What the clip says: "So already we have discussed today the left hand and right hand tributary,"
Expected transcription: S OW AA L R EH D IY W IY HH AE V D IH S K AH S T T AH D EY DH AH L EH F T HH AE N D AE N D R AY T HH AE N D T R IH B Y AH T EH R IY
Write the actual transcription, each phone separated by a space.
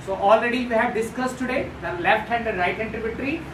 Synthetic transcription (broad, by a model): S OW AA L R EH D IY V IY HH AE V D IH S K AH S T T AH D EY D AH L EH F T HH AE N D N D R AY T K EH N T R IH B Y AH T R IY